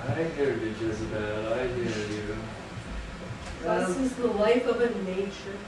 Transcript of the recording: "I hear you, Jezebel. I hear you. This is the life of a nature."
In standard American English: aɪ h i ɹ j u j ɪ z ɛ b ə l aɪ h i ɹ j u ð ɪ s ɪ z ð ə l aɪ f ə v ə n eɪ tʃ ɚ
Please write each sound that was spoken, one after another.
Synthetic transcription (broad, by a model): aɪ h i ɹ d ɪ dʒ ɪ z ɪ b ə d aɪ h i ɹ j u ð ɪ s ɪ z ð ə l aɪ f ə v ə n eɪ tʃ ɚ